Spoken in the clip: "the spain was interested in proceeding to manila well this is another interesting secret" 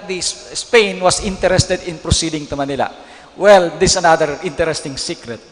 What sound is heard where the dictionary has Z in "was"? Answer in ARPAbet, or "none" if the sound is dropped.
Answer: S